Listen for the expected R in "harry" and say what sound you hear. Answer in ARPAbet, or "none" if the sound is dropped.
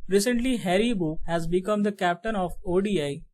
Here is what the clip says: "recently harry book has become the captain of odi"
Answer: R